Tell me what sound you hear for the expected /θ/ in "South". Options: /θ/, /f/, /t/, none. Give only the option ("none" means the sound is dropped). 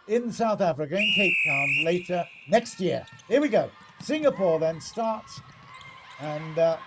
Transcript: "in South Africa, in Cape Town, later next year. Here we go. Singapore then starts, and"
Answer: /θ/